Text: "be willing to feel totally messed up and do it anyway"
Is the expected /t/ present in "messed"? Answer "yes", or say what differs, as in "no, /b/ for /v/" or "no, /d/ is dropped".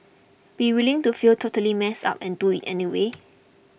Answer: no, /t/ is dropped